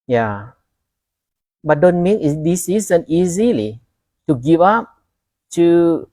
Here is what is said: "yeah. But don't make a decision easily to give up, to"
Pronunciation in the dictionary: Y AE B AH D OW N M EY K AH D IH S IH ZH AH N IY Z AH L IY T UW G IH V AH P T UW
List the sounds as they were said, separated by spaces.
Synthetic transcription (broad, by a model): Y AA B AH D OW N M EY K AH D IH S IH Z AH N IY Z AH L IY T UW G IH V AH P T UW